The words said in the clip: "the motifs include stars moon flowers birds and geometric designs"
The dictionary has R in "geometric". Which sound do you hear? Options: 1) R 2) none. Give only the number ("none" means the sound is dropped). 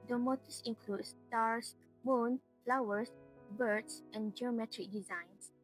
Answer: 1